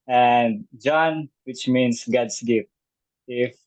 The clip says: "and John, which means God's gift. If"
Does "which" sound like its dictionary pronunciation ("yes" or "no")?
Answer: yes